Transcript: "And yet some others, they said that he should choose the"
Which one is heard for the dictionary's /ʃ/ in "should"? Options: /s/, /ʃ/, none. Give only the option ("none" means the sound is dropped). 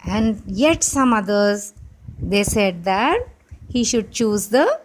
/ʃ/